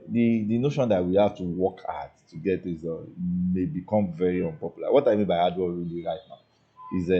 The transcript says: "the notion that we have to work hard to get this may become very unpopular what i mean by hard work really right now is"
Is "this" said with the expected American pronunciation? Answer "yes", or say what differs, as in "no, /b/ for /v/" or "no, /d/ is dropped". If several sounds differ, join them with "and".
no, /s/ is dropped